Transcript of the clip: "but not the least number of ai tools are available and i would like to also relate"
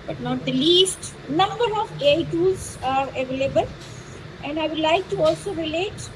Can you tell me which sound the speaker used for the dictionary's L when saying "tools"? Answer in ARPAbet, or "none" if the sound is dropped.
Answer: none